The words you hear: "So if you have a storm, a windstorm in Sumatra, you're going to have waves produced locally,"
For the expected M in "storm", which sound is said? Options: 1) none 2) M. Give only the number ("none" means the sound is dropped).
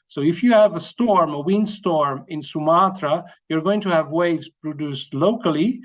2